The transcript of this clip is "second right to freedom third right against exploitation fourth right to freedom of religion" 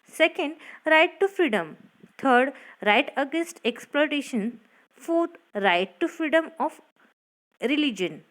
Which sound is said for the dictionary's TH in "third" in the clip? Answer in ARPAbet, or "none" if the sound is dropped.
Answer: T